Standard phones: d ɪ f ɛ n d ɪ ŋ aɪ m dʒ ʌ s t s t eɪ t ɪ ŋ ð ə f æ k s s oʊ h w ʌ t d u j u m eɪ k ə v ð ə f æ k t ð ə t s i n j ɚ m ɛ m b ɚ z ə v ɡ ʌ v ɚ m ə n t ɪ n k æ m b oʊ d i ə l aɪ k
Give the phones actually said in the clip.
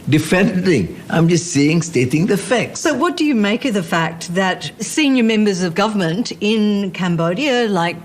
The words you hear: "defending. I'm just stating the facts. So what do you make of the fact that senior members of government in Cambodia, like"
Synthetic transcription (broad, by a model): d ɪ f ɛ n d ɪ ŋ aɪ m dʒ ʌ s t s t eɪ t ɪ ŋ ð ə f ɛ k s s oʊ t w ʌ t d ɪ j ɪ m eɪ k ə v ð ə f æ k t ð ə t s i n j ɚ m ɛ m b ɚ z ə v ɡ ʌ v ɚ m ə n t ɪ n k æ m b oʊ d i ə l aɪ k